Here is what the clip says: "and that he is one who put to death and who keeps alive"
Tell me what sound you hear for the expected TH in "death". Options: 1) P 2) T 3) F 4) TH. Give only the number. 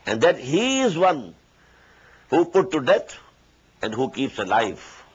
2